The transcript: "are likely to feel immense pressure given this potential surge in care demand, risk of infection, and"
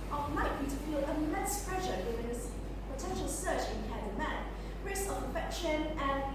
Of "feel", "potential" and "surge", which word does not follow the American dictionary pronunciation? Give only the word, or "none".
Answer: surge